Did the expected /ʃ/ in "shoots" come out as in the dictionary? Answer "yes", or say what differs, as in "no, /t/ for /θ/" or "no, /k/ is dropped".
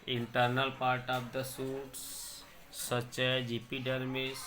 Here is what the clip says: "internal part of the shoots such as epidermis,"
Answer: no, /s/ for /ʃ/